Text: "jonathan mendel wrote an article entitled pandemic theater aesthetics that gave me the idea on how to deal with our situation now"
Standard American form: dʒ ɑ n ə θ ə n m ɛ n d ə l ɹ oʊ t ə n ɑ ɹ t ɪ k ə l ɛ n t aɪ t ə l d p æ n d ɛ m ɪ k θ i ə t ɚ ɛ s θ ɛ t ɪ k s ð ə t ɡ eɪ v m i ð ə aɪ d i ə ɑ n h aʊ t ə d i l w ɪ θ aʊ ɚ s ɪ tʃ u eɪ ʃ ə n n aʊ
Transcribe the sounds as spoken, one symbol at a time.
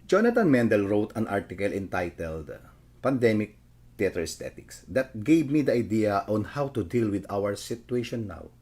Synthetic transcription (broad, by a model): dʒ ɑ n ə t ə n m ɛ n d ə l ɹ oʊ t ə n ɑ ɹ t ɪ k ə l ɛ n t aɪ t ə l d p æ n d ɛ m ɪ k t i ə t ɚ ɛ s t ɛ t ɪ k s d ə t ɡ eɪ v m i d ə aɪ d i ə ɑ n h aʊ t ə d i l w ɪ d aʊ ɚ s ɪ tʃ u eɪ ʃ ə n n aʊ